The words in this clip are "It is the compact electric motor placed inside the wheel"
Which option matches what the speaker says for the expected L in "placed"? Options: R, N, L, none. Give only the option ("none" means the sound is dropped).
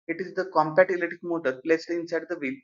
L